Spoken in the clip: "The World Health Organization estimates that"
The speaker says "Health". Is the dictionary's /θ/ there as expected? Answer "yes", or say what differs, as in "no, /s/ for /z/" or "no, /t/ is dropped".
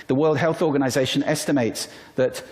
yes